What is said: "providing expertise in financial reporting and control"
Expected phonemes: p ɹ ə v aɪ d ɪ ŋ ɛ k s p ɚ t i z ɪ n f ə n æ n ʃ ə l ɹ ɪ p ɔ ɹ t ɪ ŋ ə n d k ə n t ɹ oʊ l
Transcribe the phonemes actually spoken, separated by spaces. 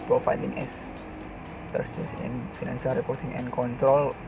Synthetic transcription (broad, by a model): p ɹ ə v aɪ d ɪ ŋ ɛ s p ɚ s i s ɪ n f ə n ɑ n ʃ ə l ɹ ɪ p ɔ ɹ t ɪ ŋ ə n k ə n t ɹ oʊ l